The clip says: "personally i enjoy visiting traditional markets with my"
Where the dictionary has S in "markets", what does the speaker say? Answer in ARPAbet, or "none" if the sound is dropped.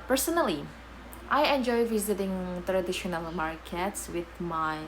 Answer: S